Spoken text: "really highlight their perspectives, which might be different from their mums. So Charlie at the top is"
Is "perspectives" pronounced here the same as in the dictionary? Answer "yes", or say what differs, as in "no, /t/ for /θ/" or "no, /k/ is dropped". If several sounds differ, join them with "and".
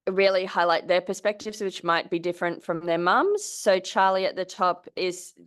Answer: yes